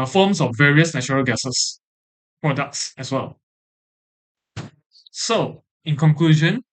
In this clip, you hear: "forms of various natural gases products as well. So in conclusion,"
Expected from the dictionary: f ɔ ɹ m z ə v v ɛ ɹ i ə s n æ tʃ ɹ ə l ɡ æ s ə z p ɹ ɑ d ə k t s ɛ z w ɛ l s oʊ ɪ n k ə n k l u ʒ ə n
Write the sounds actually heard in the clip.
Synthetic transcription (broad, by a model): f ɔ m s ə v v ɛ ɹ i ə s n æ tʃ ɹ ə l ɡ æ s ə s p ɹ ɑ d ə k t s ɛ s w ɛ l s oʊ ɪ n k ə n k l u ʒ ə n